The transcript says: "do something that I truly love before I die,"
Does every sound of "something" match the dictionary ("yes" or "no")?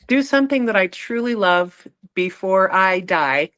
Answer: yes